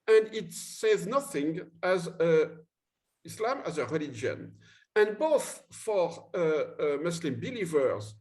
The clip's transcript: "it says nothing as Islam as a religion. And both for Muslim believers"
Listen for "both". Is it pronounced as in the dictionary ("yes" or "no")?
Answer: yes